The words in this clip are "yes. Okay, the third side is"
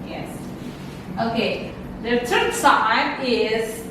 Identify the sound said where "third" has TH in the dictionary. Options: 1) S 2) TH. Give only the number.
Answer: 1